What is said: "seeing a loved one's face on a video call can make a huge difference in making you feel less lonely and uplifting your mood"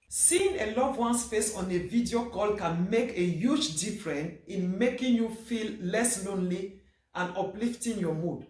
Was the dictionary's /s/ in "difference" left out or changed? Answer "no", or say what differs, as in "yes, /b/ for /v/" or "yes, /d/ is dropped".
yes, /s/ is dropped